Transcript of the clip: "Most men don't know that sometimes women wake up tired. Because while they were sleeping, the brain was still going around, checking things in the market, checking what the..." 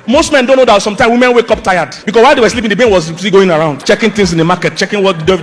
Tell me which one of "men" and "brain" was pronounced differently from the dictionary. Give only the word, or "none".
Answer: brain